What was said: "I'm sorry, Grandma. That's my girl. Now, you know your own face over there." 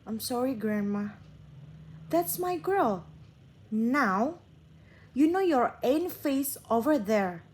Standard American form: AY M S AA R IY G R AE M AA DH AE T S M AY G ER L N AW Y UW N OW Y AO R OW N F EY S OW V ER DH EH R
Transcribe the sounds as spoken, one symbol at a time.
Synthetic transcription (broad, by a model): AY M S AA R IY G R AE M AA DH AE T S M AY G ER L N AW Y UW N OW Y AO R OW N F EY S OW V ER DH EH R